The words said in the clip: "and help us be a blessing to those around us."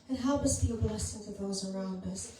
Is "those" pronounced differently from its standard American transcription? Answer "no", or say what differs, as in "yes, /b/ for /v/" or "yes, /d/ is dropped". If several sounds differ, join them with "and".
no